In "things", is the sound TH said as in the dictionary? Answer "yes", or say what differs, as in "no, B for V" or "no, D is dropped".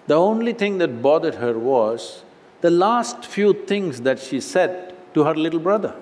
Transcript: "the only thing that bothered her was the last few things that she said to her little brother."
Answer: no, T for TH